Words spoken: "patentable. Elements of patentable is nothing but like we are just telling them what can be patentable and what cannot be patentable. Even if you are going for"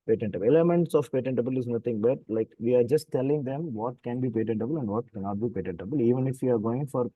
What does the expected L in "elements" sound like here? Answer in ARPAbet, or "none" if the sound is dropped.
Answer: none